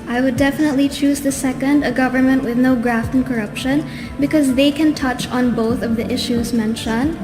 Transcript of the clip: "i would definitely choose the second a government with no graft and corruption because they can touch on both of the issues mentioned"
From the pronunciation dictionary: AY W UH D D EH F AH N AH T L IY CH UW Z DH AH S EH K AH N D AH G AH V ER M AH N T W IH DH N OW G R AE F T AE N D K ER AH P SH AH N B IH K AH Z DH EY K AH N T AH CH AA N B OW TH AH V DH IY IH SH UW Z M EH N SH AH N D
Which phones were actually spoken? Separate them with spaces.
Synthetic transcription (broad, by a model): AY W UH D D EH F AH N AH T L IY CH UW Z DH AH S EH K AH N D AH G AH V ER M AH N T W IH DH N OW G R AE F T N K ER AH P SH AH N B IH K AH Z DH EY K AH N T AH CH N B OW TH AH V DH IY IH SH UW Z M EH N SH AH N